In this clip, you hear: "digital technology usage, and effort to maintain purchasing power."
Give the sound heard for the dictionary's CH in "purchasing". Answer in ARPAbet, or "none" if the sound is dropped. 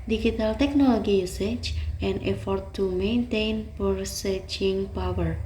S